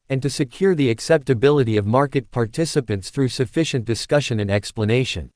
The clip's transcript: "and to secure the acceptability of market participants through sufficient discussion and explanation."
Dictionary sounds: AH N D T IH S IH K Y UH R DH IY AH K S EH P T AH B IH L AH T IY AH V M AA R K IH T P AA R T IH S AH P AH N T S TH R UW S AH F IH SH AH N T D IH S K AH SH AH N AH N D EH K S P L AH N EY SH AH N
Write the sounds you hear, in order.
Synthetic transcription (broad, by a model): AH N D T IH S IH K Y UH R DH IY AH K S EH P T AH B IH L AH T IY AH V M AA R K IH T P AA R T IH S AH P AH N T S TH R UW S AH F IH SH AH N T D IH S K AH SH AH N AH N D EH K S P L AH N EY SH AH N